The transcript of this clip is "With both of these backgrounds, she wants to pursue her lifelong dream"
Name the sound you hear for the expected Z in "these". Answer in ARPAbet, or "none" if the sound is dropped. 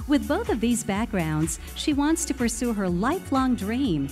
Z